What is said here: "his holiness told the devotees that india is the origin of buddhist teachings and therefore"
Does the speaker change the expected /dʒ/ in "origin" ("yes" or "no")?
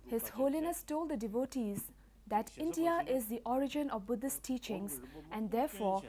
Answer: no